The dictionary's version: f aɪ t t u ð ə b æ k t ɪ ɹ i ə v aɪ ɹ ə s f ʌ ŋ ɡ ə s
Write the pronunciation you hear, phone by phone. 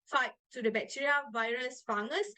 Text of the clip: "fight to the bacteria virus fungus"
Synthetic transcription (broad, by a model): f aɪ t t u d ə b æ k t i ɹ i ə v aɪ ɹ ə s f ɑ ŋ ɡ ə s